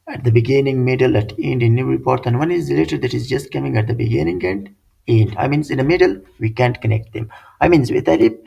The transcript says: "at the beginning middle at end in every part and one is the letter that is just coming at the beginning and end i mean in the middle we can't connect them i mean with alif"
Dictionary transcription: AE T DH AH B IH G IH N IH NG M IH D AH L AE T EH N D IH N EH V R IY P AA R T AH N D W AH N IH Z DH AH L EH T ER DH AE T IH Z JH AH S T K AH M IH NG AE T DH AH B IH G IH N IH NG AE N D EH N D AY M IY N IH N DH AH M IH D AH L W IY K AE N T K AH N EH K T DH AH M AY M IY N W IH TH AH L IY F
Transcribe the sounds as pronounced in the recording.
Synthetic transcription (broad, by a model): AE T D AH B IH G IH N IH NG M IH D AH L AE T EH N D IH N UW R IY P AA R T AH N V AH N IH Z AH L EH T ER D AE T IH Z JH AH S T K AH M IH NG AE T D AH B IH G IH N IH NG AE N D EH N D AY M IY N IH N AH M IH D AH L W IY K AE N T K AH N EH K T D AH M AY M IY N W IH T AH L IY